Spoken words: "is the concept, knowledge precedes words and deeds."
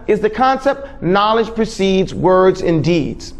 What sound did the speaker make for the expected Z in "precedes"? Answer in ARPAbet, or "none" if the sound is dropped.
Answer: Z